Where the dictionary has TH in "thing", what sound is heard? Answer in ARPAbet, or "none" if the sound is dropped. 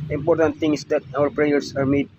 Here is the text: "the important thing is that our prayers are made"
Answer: T